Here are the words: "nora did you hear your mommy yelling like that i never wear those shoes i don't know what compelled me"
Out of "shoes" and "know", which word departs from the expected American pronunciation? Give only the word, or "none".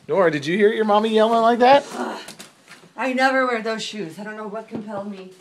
none